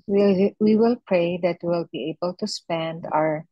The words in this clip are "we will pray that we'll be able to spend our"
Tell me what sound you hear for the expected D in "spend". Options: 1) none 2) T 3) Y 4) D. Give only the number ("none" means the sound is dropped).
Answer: 4